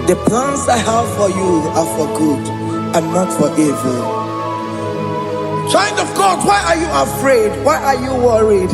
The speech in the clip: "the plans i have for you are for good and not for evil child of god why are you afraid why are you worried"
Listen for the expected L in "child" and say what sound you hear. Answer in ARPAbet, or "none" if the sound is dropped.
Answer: N